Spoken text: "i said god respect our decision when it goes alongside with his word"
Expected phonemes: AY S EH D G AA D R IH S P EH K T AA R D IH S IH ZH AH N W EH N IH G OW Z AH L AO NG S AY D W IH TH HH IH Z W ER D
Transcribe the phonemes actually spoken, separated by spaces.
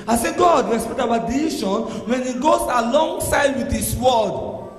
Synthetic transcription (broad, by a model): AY S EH G AA D R IH S P EH K T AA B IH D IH SH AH N W EH N IH G OW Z AH L AO NG S AY D W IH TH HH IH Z W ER D